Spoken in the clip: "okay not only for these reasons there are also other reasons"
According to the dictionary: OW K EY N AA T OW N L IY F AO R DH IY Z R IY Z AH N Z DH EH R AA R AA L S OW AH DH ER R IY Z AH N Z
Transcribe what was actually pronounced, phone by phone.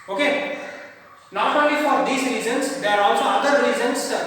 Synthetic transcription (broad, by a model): OW K EY N AA T OW N L IY F AO R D IY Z R IY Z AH N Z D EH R AA R AA L S OW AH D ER R IY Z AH N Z